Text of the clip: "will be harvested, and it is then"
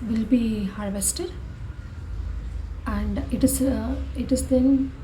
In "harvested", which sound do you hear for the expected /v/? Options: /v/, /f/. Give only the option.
/v/